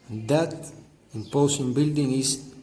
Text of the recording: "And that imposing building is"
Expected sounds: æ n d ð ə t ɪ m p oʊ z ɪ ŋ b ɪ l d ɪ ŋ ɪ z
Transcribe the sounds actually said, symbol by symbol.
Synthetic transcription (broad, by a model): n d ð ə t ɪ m p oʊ s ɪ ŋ b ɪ l d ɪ ŋ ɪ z